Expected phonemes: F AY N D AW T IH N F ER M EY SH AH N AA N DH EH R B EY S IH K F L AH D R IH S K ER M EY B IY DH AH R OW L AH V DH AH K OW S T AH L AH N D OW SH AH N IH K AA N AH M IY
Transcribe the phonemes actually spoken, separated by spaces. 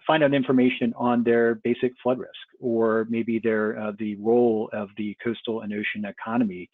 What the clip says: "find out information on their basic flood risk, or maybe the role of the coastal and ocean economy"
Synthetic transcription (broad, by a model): F AY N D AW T IH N F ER M EY SH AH N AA N DH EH R B EY S IH K F L AH D R IH S K ER M EY B IY DH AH R OW L AH V DH AH K OW S T L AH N OW SH AH N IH K AA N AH M IY